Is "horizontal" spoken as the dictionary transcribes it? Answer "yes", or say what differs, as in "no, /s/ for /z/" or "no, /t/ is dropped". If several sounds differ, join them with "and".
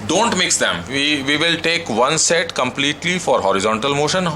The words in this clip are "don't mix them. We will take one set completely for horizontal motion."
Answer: yes